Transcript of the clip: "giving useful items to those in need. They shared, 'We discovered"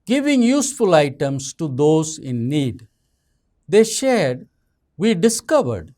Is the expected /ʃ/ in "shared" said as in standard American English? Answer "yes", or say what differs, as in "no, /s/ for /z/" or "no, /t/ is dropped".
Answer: yes